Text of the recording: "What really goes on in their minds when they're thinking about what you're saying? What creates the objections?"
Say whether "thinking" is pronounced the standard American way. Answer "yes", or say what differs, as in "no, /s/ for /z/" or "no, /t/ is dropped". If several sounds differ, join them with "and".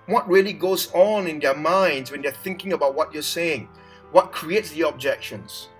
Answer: yes